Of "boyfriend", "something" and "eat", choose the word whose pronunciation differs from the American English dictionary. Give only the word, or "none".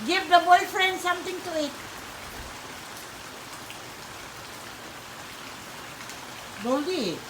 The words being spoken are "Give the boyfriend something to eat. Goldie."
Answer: something